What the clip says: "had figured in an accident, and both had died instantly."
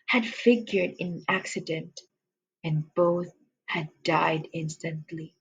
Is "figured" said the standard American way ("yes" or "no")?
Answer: yes